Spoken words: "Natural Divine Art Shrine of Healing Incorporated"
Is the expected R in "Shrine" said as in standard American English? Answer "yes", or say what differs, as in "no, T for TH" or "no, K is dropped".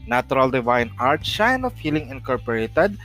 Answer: no, R is dropped